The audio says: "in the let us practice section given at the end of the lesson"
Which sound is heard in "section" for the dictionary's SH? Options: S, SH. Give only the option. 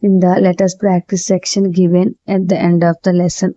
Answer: SH